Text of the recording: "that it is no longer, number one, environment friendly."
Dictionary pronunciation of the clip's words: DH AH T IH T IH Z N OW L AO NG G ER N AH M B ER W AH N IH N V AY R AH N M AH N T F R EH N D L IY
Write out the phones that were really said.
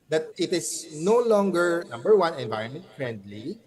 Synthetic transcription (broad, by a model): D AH T IH T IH S N OW L AO NG G ER N AH M B ER W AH N IH N V AY R AH N M AH N T F R EH N D L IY